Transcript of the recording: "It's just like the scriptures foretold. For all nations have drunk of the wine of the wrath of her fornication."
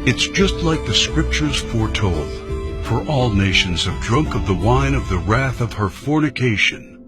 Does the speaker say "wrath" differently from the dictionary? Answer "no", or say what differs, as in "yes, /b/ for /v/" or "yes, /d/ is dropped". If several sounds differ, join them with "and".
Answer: no